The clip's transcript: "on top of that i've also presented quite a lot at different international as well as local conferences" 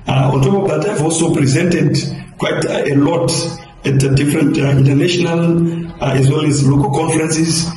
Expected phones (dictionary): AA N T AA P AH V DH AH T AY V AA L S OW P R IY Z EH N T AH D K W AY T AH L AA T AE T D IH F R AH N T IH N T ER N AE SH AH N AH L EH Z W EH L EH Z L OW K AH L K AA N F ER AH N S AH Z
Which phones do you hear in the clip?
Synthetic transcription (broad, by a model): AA N T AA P AH V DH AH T AY V AA L S OW P R IY Z EH N T AH D K W AY T AH L AA T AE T D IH F R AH N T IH N T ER N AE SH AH N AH L EH Z W EH L EH Z L OW K AH L K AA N F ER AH N S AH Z